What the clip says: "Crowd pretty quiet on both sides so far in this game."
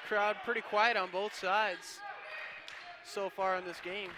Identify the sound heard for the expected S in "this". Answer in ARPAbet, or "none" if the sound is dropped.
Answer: S